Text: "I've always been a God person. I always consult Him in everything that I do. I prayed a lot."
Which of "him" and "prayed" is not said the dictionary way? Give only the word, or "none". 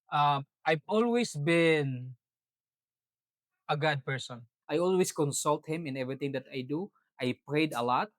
none